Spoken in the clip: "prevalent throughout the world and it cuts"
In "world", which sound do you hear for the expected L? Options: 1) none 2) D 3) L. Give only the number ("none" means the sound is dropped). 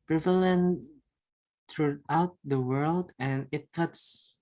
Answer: 3